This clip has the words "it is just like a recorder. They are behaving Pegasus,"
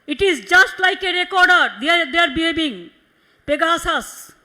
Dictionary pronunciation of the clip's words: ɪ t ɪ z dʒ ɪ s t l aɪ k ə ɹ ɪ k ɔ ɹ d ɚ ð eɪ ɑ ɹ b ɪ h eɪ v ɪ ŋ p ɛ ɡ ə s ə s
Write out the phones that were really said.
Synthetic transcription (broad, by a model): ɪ t ɪ z dʒ ɪ s t l aɪ k ə ɹ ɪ k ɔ ɹ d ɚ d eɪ ɑ ɹ b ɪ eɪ b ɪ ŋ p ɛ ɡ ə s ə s